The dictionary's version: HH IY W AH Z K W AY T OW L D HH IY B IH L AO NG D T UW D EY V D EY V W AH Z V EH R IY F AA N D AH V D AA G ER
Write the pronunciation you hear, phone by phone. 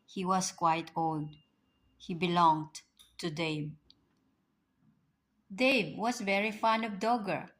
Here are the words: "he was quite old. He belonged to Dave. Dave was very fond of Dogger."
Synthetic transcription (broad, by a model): HH IY W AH S K W AY T OW L D HH IY B IH L AO NG D T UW D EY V D EY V W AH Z V EH R IY F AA N AH V D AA G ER